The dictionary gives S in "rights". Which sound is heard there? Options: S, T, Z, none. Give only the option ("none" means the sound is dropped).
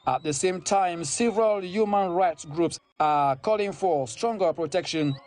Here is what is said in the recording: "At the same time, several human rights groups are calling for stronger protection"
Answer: S